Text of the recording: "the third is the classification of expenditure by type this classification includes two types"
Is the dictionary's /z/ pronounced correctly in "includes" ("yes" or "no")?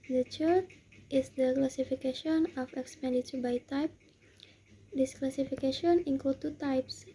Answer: no